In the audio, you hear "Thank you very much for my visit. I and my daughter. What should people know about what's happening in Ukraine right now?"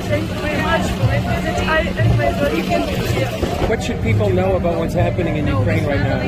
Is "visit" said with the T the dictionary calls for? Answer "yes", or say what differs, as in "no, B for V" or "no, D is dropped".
no, T is dropped